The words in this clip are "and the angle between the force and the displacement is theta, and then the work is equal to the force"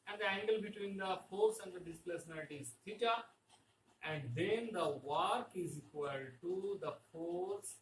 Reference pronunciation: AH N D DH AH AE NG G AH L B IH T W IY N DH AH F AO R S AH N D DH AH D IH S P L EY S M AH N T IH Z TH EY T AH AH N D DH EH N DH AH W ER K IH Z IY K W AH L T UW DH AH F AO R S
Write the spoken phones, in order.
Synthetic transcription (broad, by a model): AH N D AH AE NG G AH L B IH T W IY N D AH F AO R S AH N D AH D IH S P EY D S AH N T IH Z T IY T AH AH N D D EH N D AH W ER K IH Z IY K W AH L T UW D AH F AO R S